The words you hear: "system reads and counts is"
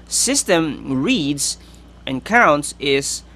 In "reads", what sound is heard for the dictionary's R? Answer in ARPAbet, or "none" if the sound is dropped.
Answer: R